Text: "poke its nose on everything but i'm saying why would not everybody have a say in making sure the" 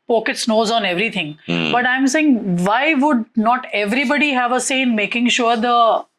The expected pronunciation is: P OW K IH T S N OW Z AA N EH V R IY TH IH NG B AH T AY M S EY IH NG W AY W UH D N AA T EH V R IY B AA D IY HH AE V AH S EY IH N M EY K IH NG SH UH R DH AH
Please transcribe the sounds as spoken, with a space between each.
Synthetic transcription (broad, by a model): P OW K IH T S N OW Z AA N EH V R IY T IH NG B AH T AY M S EY IH NG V AY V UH D N AA T EH V R IY B AA D IY HH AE V AH S EY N M EY K IH NG SH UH R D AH